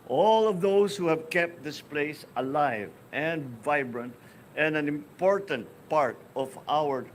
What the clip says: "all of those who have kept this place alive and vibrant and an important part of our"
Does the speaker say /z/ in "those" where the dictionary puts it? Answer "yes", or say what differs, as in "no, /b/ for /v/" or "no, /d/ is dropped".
no, /s/ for /z/